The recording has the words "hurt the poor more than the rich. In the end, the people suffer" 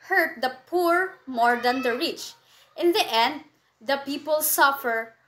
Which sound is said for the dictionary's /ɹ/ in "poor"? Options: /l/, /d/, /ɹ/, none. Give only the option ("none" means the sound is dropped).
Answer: /ɹ/